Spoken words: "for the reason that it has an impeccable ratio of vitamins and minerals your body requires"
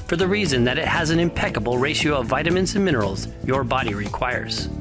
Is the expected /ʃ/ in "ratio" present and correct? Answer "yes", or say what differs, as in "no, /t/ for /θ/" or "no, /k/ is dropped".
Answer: yes